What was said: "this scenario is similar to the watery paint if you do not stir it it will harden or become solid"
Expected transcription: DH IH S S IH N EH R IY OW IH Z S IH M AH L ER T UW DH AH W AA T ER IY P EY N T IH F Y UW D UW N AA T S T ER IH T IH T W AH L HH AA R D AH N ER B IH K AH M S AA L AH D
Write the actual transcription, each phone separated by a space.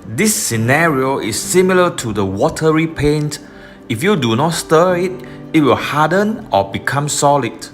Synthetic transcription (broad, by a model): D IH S S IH N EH R IY OW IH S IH M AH L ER T UW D AH W AA T ER IY P EY N T IH F Y UW D UW N AA T S T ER IH T IH T W AH L HH AA D AH N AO B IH K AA M S AA L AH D